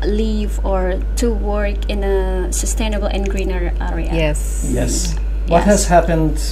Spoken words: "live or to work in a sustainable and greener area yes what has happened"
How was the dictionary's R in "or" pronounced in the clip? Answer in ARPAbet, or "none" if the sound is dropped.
R